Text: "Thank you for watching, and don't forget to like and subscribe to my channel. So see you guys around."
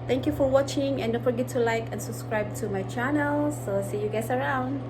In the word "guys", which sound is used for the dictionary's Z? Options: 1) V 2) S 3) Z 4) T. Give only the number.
2